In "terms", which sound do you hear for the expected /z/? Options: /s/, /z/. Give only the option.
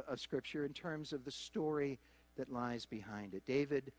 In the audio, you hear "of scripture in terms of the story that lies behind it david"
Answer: /z/